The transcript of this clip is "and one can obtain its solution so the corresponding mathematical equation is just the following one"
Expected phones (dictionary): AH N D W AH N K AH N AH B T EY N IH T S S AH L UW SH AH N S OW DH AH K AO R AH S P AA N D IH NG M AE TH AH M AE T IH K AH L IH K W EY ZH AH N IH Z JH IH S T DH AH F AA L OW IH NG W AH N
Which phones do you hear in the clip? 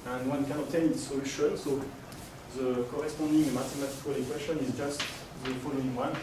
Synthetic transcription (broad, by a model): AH N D W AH N K AH N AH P T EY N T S S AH L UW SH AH N S OW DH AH K AO R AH S P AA D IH NG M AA T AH M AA T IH K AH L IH K W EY SH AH N IH Z JH IH S T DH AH F AA L OW IH NG W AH N